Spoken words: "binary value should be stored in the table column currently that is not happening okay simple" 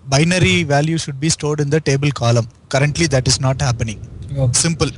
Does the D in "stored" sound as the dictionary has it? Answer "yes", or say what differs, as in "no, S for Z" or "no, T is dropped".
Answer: yes